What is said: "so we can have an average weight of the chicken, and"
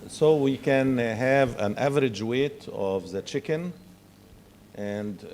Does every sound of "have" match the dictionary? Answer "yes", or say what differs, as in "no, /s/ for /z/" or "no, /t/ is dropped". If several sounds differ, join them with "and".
yes